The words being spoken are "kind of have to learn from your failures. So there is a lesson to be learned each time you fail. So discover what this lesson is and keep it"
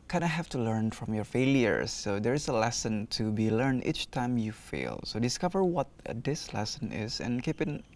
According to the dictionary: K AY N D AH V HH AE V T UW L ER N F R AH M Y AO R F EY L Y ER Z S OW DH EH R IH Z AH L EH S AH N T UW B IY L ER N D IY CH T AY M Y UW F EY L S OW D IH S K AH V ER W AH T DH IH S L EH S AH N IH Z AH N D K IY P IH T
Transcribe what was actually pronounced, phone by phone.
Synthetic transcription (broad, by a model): K AY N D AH HH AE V T UW L ER N F R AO M Y AO R F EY L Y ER S OW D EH R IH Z AH L EH S AH N T UW B IY L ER N IY CH T AY M Y UW F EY L S OW D IH S K AH V ER W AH T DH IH S L EH S AH N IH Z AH N K IY P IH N